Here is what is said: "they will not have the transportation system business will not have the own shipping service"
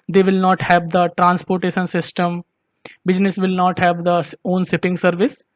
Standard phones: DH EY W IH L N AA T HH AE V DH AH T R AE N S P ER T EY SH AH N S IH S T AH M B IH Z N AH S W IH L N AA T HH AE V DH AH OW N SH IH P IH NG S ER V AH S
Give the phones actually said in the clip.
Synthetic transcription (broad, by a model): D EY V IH L N AA T HH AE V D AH T R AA N S P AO T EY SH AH N S IH S T AH M B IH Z N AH S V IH L N AA T HH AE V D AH OW N S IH P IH NG S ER V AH S